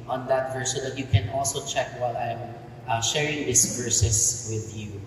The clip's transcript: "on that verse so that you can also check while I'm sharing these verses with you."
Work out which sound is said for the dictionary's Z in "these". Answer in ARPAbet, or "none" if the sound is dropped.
S